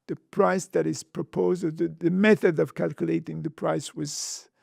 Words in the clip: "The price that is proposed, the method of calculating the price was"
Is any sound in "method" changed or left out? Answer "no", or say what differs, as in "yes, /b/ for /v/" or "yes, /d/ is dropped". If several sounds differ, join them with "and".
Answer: no